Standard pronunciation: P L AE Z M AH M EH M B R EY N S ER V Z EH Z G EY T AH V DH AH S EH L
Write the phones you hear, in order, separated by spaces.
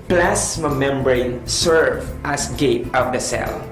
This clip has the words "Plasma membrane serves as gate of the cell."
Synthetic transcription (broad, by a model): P L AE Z M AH M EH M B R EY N S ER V EH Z G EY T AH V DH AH S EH L